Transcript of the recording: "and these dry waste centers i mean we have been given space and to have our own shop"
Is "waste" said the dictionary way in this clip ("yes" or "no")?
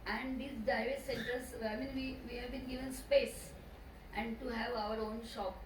no